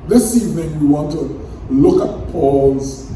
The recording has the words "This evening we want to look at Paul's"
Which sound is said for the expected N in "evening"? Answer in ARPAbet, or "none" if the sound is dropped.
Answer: none